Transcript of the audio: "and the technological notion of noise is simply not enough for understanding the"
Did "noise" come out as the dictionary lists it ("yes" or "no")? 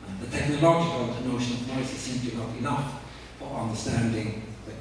no